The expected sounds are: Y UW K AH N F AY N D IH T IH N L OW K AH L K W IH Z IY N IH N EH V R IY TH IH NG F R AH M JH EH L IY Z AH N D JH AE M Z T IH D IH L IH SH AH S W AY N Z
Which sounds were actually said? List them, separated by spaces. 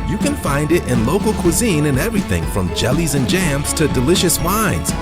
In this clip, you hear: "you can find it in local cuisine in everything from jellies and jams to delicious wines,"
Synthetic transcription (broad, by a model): Y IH K AH N F AY N D IH T IH N L OW K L K W IH Z IY N IH N EH V R IY TH IH NG F R AH M JH EH L IY Z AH N JH AE M Z T IH D IH L IH SH AH S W AY N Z